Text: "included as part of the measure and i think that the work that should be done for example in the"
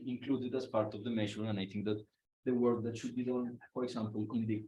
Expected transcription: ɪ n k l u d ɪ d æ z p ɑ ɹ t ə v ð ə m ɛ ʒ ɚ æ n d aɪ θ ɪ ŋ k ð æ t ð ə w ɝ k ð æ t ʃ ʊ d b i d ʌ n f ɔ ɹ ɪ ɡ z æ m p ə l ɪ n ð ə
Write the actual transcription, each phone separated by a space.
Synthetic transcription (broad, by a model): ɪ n k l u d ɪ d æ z p ɑ ɹ t ə v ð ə m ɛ ʃ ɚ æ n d aɪ t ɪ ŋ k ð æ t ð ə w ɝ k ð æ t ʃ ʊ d b i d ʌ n f ɔ ɹ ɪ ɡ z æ m p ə l ɪ n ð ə